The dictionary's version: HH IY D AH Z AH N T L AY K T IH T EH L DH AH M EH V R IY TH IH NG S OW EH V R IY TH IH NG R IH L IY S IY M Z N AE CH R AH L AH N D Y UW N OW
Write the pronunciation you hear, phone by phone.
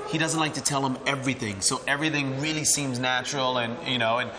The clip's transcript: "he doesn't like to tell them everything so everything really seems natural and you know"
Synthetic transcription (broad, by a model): HH IY D AH Z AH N T L AY K T IH T EH L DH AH M EH V R IY TH IH NG S OW EH V R IY TH IH NG R IH L IY S IY M Z N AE CH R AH L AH N Y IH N OW